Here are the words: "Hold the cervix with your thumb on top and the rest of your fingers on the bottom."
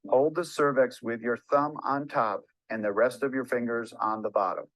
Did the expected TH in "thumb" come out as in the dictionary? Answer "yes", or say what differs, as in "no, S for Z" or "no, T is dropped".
yes